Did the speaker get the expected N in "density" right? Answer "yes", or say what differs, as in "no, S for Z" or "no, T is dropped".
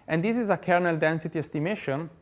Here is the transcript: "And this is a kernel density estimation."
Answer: yes